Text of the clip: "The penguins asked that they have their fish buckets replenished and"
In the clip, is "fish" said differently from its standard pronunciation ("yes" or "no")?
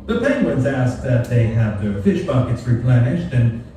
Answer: no